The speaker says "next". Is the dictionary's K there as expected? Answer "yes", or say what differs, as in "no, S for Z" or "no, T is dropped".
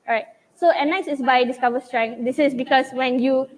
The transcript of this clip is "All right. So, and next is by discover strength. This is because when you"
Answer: no, K is dropped